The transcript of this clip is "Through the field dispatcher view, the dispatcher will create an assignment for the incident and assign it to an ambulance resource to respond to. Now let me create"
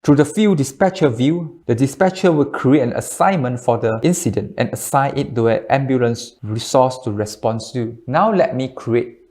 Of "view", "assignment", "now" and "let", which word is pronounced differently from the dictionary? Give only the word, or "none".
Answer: none